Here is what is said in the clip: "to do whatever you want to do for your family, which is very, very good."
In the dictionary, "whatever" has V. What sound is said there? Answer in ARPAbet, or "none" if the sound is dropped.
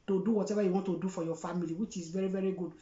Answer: B